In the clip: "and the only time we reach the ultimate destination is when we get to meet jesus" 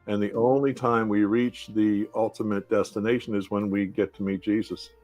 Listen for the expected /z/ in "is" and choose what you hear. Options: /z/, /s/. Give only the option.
/z/